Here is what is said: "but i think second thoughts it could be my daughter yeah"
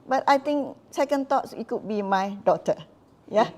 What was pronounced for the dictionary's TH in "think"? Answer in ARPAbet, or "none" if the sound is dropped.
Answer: T